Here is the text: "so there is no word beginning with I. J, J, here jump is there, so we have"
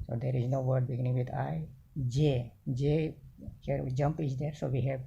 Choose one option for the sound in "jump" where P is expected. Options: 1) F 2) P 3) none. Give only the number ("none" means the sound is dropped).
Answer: 2